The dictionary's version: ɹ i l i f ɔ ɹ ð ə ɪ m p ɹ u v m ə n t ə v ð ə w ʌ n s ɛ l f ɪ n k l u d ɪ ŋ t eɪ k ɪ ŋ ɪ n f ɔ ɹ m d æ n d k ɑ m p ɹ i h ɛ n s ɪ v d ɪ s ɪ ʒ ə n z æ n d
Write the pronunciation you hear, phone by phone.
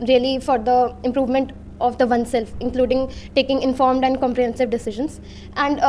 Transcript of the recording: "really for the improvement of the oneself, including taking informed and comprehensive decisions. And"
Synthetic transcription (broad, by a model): ɹ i l i f ɔ ɹ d ə ɪ m p ɹ u v m ə n t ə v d ə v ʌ n s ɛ l f ɪ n k l u d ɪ ŋ t eɪ k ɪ ŋ ɪ n f ɔ ɹ m d æ n d k ɑ m p ɹ i h ɛ n s ɪ v d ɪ s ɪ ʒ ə n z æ n d